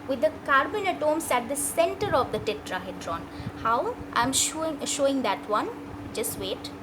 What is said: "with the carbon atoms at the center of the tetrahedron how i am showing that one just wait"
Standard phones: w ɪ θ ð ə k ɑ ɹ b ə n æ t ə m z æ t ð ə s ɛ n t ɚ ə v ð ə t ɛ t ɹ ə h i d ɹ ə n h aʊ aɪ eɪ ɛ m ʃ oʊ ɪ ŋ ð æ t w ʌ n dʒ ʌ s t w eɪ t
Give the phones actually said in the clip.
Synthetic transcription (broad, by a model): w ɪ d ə k ɑ ɹ b ə n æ t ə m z æ t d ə s ɛ n t ɚ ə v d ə t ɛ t ɹ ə h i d ɹ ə n h aʊ aɪ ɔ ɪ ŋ ʃ oʊ ɪ ŋ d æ t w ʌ n dʒ ʌ s t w eɪ t